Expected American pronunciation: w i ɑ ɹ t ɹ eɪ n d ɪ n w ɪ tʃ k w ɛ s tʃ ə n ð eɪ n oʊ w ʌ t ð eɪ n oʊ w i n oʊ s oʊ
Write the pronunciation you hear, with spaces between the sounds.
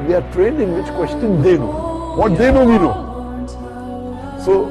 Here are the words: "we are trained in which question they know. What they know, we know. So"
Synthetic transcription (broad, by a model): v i ɑ ɹ t ɹ eɪ n d ɪ n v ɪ tʃ k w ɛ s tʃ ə n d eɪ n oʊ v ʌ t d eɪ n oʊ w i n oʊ s oʊ